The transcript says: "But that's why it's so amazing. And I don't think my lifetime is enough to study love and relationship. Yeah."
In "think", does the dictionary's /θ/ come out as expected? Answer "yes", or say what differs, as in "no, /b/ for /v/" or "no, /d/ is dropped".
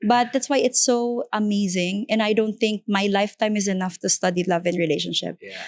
yes